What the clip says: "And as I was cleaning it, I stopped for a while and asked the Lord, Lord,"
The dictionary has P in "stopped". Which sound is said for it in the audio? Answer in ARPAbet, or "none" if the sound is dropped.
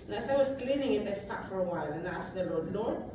none